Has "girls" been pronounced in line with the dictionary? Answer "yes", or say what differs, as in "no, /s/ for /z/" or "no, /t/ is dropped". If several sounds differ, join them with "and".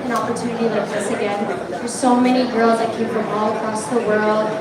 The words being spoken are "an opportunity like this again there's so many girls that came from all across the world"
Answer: yes